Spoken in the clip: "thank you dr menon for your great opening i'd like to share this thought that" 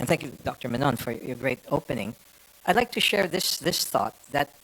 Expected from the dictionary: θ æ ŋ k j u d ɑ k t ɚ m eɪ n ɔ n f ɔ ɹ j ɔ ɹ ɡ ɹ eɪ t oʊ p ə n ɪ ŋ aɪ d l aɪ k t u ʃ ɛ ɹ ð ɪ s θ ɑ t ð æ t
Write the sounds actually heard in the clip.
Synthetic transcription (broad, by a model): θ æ ŋ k j u d ɑ k t ɚ m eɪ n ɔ n f ɔ ɹ j ɔ ɹ ɡ ɹ eɪ t oʊ p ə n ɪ ŋ aɪ d l aɪ k t u ʃ ɛ ɹ ð ɪ s θ ɑ t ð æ t